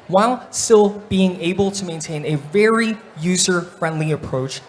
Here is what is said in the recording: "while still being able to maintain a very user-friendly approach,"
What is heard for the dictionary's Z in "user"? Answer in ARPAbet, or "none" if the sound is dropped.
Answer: Z